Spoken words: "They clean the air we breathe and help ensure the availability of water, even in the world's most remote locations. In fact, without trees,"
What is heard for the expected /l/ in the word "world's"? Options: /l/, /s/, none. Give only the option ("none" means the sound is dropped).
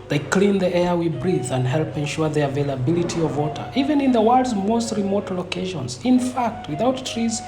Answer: none